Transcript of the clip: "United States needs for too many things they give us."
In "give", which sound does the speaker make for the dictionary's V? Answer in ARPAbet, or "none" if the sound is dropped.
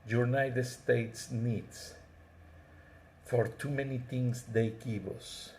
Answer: B